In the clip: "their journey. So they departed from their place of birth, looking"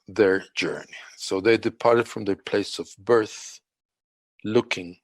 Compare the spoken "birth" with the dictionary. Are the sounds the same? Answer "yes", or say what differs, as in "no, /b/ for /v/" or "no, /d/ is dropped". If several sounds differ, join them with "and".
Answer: yes